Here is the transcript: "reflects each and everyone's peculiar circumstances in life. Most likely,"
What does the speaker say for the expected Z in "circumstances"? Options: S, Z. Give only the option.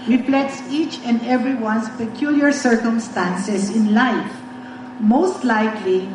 S